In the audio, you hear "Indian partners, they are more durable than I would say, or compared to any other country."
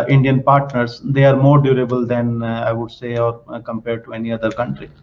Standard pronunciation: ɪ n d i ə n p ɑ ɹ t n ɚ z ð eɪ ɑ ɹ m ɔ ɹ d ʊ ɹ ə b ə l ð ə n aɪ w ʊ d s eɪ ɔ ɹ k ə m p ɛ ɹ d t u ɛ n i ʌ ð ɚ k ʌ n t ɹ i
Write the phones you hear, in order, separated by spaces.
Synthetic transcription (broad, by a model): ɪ n d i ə n p ɑ ɹ t n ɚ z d eɪ ɑ ɹ m ɔ ɹ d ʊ ɹ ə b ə l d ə n aɪ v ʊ d s eɪ ɔ ɹ k ə m p ɛ ɹ d t u ɛ n i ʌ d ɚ k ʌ n t ɹ i